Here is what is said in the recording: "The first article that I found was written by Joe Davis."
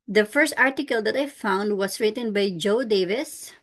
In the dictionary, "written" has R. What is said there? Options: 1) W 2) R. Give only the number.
2